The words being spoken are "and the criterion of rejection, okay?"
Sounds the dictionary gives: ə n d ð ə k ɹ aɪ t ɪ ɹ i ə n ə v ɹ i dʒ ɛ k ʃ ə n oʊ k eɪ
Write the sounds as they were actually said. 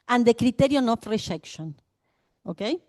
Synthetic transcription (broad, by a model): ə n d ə k ɹ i t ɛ ɹ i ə n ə f ɹ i ʃ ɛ k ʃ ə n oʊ k eɪ